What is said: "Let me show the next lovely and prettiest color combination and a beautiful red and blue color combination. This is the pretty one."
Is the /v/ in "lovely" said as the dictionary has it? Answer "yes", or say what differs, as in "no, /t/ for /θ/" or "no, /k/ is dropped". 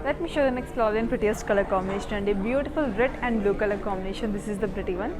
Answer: no, /v/ is dropped